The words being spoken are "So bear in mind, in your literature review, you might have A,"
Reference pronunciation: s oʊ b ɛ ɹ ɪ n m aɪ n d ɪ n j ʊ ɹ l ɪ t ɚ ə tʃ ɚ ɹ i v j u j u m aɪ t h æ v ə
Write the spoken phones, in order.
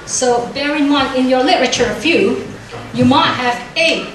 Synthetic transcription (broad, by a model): s oʊ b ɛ ɹ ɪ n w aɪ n ɪ n j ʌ ɹ l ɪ t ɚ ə tʃ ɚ ɹ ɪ f j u j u m aɪ t h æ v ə